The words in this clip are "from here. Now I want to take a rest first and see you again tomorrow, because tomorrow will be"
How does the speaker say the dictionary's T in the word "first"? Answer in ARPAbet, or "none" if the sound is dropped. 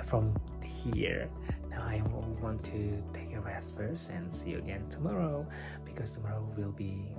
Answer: none